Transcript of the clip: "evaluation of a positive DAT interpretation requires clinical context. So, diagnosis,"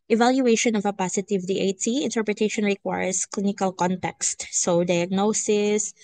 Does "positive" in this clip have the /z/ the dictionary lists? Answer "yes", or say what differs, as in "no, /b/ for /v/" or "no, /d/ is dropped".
no, /s/ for /z/